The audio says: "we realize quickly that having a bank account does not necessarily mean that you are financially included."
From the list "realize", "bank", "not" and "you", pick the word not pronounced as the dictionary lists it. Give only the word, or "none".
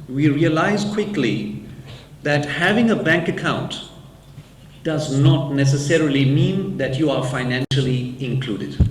none